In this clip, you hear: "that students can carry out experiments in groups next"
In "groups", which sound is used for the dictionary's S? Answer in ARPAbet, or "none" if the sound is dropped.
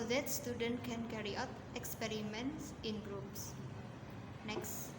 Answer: S